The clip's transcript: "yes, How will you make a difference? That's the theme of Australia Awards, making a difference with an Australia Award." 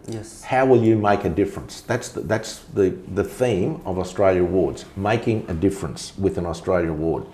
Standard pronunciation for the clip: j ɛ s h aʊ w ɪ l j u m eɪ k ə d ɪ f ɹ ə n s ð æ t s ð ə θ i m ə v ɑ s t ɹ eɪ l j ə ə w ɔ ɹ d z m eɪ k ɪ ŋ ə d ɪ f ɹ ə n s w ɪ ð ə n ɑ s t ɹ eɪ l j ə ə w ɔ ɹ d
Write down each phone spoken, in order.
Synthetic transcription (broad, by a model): j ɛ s h aʊ w ɪ l j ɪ m eɪ k ə d ɪ f ɹ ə n s ð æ t s ð ə θ i m ə v ɑ s t ɹ eɪ l j ə ə w ɔ ɹ d z m eɪ k ɪ ŋ ə d ɪ f ɹ ə n s w ɪ ð ə n ɑ s t ɹ eɪ l j ə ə w ɔ ɹ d